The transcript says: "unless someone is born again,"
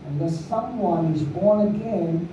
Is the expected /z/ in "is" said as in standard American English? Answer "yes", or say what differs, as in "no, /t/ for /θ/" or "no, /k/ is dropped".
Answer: yes